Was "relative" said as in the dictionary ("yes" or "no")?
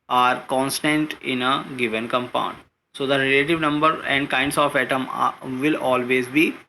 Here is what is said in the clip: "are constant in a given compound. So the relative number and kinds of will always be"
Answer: yes